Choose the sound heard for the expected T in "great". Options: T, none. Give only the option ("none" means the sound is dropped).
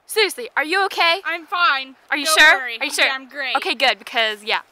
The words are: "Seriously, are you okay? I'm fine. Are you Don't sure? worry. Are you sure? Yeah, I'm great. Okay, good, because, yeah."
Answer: none